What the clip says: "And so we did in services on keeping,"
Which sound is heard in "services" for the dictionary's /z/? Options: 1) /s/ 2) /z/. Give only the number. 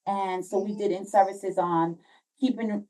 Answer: 2